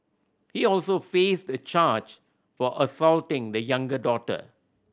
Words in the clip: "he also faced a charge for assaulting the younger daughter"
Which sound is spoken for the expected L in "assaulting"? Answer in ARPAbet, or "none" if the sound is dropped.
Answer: L